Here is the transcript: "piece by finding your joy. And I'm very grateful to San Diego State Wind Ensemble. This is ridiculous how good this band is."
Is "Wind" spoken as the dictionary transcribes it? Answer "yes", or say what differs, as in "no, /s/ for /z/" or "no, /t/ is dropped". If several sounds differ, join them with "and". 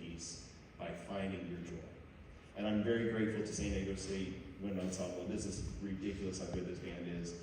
no, /d/ is dropped